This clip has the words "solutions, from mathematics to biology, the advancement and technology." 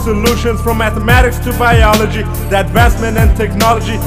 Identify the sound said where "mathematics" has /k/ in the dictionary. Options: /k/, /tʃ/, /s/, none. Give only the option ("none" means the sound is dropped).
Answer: /k/